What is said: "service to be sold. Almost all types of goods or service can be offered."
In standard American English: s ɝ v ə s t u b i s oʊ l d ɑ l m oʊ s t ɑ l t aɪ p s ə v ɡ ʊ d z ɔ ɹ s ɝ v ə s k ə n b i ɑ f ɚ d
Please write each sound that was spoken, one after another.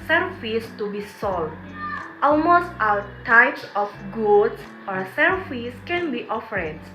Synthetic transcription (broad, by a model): s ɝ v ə s t u b i s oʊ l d ɑ l m oʊ s t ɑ w t aɪ p s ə f ɡ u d s ɔ ɹ s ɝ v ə s k ə n b i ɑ f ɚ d